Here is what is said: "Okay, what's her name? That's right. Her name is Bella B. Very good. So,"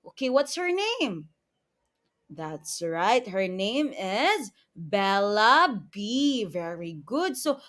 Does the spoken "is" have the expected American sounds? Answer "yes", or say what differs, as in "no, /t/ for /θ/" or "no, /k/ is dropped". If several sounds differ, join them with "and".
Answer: yes